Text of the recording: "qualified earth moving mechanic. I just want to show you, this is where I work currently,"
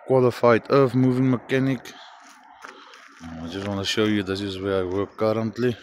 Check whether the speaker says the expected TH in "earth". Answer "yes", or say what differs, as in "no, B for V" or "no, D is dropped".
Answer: no, F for TH